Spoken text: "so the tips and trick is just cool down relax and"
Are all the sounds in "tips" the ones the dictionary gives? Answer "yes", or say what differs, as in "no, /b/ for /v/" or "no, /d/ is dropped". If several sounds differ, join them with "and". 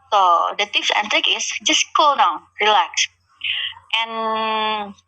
no, /f/ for /p/